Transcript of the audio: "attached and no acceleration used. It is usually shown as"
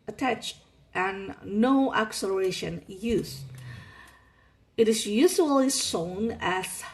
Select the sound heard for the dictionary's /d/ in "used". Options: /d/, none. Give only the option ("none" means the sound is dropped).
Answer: none